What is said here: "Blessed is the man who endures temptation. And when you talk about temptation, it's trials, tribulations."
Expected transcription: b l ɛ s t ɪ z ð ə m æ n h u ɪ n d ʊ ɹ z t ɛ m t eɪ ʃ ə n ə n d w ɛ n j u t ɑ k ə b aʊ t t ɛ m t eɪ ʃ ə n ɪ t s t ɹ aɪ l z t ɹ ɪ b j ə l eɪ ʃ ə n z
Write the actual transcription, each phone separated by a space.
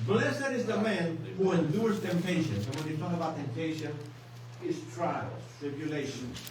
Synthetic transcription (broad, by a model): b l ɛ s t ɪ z ð ə m æ n h u ɪ n d ʊ ɹ z t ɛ m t eɪ ʃ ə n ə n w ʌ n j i t ɑ k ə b aʊ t t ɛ m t eɪ ʃ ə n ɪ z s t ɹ aɪ l t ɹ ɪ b j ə l eɪ ʃ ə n